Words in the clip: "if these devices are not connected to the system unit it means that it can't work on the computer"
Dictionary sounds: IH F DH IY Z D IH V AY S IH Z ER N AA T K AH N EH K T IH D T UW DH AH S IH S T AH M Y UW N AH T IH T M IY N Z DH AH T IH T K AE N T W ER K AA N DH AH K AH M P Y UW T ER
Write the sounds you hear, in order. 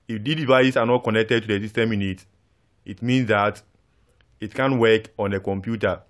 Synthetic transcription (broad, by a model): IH F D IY D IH V AY S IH S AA N AA T K AH N EH K T IH D T UW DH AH S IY S T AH M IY N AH T IH T M IY N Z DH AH T IH T K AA N W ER K AA N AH K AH M P Y UW T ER